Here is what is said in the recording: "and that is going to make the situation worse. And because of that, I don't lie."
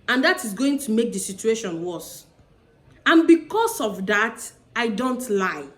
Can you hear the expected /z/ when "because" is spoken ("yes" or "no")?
no